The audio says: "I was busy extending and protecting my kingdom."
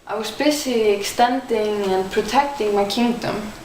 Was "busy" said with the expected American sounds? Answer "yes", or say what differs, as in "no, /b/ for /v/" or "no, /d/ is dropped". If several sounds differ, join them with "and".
no, /s/ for /z/